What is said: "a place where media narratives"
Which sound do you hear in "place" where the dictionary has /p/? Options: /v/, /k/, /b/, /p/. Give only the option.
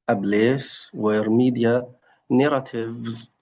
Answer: /b/